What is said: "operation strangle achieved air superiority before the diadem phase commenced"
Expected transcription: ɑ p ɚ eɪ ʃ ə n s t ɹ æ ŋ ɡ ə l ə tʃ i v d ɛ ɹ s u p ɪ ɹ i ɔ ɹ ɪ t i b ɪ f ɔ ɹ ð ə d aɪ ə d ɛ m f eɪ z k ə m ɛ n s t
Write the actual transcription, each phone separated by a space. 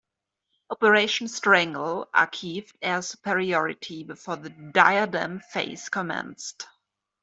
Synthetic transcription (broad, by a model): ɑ p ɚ eɪ ʃ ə n s t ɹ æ ŋ ɡ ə l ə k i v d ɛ s u p ɪ ɹ i ɔ ɹ ɪ t i b ɪ f ɔ ɹ ð ə d aɪ ə d ɛ m f eɪ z k ə m ɛ n s t